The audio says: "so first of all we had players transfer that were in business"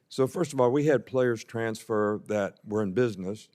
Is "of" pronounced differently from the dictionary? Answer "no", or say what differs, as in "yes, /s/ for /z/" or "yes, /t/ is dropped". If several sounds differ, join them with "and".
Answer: no